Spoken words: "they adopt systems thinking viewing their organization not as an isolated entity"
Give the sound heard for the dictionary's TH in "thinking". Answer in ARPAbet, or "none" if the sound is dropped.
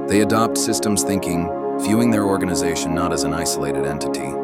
TH